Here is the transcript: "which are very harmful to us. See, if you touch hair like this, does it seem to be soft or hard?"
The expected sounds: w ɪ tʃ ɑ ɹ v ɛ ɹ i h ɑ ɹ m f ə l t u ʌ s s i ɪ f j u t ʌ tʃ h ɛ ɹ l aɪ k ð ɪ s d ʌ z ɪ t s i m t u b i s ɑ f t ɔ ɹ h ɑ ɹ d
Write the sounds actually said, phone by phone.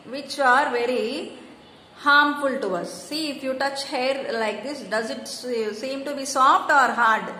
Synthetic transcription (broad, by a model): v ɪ tʃ ɑ ɹ v ɛ ɹ i h ɑ ɹ m f ə l t u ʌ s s i ɪ f j u t ʌ tʃ h ɛ ɹ l aɪ k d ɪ s d ʌ z ɪ t s i m t u b i s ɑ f t ɔ ɹ h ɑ ɹ d